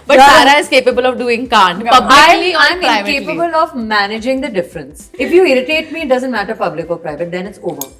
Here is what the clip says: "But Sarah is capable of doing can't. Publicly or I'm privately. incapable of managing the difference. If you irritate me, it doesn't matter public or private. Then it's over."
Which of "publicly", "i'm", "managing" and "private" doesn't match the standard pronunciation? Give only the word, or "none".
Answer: publicly